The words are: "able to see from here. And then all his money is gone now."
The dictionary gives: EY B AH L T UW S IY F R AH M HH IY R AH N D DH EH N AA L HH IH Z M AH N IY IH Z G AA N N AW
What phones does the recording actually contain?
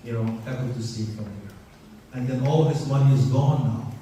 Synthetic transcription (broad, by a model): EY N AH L T UW S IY F R AH M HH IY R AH N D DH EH N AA L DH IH S M AH N IY IH Z G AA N N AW